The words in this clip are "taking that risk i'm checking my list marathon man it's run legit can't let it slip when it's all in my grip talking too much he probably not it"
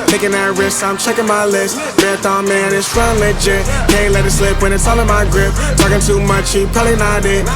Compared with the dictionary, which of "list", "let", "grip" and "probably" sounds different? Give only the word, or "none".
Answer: probably